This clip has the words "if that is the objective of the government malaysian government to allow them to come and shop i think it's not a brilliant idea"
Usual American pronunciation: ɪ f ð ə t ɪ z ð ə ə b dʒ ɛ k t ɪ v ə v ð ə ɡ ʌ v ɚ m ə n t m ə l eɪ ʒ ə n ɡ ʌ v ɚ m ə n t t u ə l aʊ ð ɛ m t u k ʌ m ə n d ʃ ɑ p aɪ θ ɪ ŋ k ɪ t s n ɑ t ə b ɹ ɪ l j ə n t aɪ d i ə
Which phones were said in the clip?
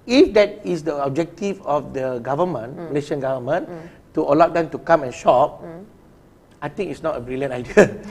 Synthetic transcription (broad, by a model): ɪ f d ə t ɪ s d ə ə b dʒ ɛ k t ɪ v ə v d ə ɡ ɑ v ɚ m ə n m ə l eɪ ʃ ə n ɡ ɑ v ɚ m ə n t t u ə l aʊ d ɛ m t u k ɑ m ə n ʃ ɑ p aɪ t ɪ ŋ ɪ t s n ɑ t ə b ɹ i l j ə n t aɪ d i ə